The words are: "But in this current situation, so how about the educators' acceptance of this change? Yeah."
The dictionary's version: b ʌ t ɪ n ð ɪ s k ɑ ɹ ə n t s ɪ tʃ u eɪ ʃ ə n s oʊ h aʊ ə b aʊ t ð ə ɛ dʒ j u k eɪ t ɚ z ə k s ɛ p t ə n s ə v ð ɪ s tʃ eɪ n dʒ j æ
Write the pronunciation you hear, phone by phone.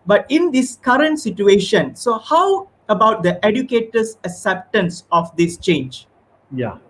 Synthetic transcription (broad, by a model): b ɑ t ɪ n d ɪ s k ɑ ɹ ə n t s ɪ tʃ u eɪ ʃ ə n s oʊ h aʊ ə b aʊ t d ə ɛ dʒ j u k eɪ t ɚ s ə k s ɛ p t ə n s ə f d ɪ s tʃ eɪ n dʒ j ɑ